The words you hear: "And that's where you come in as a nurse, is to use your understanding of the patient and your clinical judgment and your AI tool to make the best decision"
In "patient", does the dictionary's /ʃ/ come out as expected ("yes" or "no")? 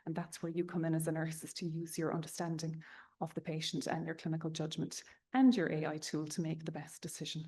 yes